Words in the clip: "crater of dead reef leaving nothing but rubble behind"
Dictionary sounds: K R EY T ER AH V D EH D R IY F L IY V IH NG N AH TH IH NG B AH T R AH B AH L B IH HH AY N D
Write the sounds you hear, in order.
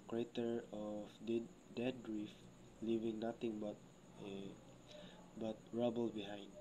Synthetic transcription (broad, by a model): K R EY T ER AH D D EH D R IY F L IY V IH NG N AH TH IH NG B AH T R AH B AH L B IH HH AY N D